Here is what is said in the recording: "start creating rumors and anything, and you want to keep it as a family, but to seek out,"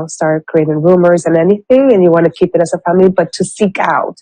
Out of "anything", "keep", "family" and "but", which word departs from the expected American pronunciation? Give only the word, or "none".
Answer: none